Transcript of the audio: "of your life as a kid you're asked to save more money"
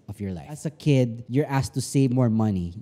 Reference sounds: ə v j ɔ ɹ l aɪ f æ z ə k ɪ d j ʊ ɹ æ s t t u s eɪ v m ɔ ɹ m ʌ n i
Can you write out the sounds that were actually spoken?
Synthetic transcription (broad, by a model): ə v j ɔ ɹ l aɪ æ s ə k ɪ d j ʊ ɹ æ s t t u s eɪ v m ɔ ɹ m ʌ n i